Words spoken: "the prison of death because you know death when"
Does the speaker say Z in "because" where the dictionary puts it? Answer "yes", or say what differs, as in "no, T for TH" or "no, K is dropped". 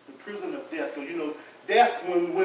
no, Z is dropped